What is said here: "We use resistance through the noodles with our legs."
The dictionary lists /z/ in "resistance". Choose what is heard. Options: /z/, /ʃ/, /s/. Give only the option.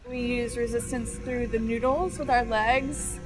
/z/